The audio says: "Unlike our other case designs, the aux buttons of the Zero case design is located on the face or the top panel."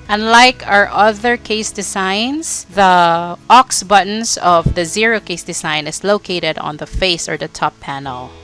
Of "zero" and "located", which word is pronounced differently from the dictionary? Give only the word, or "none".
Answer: none